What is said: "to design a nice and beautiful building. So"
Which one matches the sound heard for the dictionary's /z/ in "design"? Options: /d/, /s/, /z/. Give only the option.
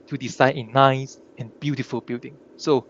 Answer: /s/